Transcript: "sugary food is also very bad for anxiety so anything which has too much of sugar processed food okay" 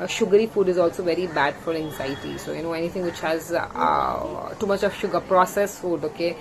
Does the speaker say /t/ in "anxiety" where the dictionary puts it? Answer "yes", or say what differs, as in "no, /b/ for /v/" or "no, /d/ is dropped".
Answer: no, /s/ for /t/